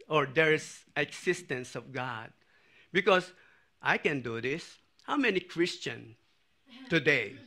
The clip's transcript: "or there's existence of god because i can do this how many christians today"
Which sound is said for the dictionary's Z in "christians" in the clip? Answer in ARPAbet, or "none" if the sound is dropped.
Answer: none